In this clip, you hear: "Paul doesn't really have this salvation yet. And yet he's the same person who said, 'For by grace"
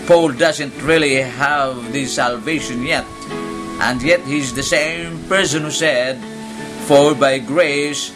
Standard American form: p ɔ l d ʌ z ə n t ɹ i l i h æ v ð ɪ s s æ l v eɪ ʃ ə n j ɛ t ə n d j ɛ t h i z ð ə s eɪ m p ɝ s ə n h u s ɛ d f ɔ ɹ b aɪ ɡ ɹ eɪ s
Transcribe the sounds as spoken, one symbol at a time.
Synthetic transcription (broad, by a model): p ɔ l d ʌ z ə n t ɹ i l i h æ v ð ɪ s s æ l v eɪ ʃ ə n j ɛ t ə n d j ɛ t h i z ð ə s eɪ m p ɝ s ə n h u s ɛ d f ɔ ɹ b aɪ ɡ ɹ eɪ s